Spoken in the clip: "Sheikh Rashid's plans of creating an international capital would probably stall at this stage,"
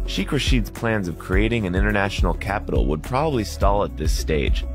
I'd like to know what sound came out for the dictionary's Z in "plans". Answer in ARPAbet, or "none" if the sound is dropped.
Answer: Z